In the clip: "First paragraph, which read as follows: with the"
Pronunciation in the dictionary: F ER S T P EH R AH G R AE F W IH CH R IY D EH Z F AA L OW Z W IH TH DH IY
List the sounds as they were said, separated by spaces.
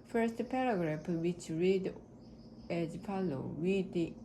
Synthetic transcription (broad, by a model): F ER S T P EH R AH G R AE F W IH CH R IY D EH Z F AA L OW W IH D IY